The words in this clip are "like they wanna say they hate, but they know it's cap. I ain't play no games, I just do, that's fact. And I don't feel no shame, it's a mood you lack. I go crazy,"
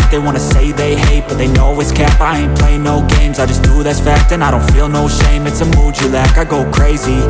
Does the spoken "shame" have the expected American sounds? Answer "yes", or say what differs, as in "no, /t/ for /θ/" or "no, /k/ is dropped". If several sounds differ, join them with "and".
yes